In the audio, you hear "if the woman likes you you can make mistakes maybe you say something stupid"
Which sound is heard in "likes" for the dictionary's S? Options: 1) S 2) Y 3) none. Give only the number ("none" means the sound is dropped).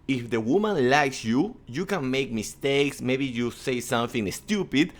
1